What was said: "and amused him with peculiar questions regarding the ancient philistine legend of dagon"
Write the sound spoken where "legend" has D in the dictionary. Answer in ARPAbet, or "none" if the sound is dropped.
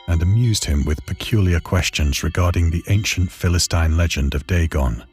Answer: D